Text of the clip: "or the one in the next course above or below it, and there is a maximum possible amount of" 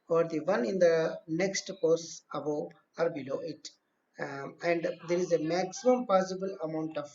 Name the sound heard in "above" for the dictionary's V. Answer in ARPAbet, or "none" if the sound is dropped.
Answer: none